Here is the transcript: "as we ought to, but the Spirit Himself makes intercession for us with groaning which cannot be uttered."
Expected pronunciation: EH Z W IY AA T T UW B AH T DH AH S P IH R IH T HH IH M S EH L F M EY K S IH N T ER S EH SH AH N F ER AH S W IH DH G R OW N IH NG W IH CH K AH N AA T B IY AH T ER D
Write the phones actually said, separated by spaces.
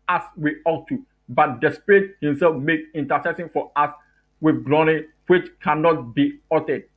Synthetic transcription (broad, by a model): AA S W IY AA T T UW B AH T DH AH S P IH R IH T HH IH M S EH L F M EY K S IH N T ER S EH S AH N F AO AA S W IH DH G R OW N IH W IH CH K AH N AA T B IY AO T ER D